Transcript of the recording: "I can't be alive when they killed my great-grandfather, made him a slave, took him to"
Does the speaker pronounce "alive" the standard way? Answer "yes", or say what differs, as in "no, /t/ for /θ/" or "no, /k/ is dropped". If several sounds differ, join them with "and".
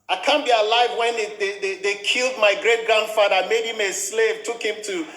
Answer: yes